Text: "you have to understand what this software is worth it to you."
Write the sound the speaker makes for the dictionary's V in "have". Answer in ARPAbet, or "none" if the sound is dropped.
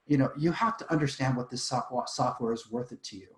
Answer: F